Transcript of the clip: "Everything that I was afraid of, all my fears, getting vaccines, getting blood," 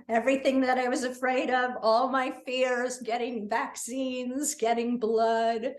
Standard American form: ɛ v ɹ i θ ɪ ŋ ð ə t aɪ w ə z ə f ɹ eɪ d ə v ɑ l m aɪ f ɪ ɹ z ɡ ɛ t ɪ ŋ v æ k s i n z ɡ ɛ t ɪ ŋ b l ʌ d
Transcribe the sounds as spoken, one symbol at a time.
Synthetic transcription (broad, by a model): ɛ v ɹ i θ ɪ ŋ ð ə t aɪ w ə z ə f ɹ eɪ d ə v ɑ l m aɪ f ɪ ɹ z ɡ ɛ t ɪ ŋ v æ k s i n z ɡ ɛ t ɪ ŋ b l ʌ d